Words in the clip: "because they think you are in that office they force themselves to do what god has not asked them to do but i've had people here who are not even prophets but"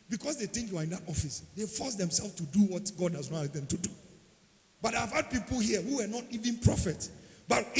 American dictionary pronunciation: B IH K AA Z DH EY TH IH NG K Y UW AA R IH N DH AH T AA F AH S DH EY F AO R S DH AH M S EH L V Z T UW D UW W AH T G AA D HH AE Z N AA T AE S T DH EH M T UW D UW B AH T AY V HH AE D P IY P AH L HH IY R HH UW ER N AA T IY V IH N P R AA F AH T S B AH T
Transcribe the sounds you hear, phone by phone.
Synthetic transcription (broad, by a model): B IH K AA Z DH EY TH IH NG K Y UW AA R IH N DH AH T AA F AH S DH EY F AO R S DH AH M S EH L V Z T UW D UW W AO T G AA D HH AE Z N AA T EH T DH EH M T UW D UW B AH T AY V HH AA D P IY P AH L HH IY HH UW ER N AA T IY V IH N P R AA F AH T S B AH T